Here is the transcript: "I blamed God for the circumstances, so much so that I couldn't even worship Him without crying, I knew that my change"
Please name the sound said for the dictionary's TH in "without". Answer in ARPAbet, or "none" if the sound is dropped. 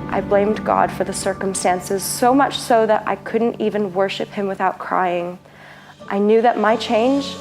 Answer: TH